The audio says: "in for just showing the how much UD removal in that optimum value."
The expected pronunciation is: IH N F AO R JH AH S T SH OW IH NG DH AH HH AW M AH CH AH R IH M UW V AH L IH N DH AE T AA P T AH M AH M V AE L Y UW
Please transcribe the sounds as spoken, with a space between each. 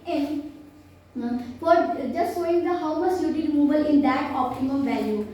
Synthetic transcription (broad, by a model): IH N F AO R JH AH S T S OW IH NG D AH HH AW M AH S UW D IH M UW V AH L IH N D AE T AA P T AH M AH M V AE L Y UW